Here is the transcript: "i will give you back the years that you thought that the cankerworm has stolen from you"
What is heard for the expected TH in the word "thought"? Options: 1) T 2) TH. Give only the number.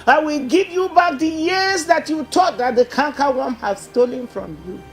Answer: 1